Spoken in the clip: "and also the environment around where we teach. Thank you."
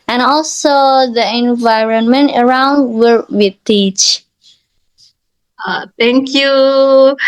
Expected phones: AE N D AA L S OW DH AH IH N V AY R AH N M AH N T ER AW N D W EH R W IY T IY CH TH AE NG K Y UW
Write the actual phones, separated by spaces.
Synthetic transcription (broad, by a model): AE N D AA L S OW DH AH IH N V AY R AH N M AH N T ER AW N D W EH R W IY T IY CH T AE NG K Y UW